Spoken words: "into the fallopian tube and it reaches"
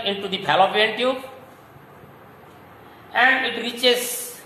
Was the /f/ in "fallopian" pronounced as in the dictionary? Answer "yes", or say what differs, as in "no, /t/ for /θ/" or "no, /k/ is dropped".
no, /p/ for /f/